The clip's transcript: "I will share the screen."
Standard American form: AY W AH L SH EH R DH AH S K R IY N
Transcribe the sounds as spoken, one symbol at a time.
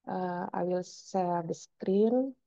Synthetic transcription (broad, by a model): AY W AH L S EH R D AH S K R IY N